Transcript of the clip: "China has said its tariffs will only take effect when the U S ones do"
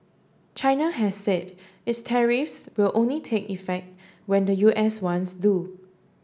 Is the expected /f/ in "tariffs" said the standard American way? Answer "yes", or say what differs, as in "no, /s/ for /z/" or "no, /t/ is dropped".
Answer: yes